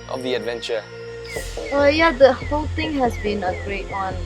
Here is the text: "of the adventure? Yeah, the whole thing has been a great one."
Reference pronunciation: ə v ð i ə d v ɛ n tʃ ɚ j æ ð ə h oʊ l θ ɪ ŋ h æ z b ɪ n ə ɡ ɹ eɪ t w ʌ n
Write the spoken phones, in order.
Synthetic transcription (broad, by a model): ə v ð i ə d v ɛ n tʃ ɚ j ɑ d ə h oʊ l t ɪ ŋ h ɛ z b ɪ n ə ɡ ɹ eɪ t w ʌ n